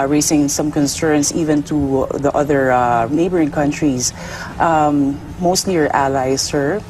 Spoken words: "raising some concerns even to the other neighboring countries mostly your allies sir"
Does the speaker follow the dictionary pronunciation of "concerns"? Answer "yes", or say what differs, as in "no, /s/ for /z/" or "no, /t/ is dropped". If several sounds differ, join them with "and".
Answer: no, /s/ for /z/